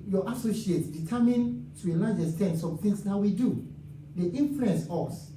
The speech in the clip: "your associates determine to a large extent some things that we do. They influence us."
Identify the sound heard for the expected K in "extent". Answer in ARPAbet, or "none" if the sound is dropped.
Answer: none